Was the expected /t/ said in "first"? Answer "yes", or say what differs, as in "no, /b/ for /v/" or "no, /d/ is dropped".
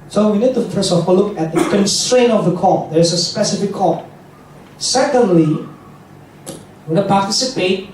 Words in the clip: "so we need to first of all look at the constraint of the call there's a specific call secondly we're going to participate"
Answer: no, /t/ is dropped